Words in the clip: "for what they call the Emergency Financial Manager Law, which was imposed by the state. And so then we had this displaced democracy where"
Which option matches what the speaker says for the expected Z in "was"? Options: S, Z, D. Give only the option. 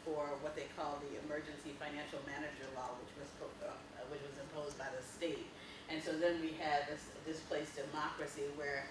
Z